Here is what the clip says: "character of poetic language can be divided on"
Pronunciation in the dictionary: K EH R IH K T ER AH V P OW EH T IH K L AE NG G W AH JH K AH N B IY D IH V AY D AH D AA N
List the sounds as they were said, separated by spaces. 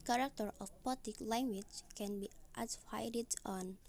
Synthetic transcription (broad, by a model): K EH R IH K T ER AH F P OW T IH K L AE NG G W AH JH K AH N B IY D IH F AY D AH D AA N